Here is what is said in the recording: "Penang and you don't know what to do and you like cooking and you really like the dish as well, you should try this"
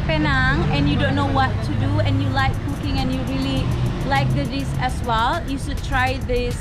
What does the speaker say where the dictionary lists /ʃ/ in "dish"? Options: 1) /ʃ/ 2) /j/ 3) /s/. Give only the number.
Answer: 3